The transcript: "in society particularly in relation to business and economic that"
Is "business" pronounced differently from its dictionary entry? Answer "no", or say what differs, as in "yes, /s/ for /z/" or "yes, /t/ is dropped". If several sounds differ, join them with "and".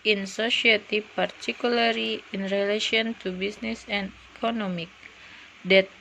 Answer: yes, /s/ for /z/